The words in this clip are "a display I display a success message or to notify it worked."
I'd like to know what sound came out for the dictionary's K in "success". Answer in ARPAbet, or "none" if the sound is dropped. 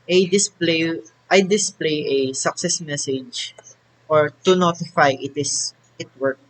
K